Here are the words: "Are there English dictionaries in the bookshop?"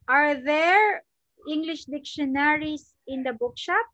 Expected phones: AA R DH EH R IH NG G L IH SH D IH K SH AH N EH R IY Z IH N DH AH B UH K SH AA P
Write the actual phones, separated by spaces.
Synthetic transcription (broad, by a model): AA R DH EH R IH NG G L IH SH D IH K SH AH N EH R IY S IH N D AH B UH K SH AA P